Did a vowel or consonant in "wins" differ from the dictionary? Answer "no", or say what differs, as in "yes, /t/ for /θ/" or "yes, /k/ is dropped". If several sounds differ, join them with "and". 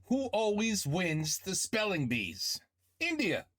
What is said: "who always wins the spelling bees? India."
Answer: no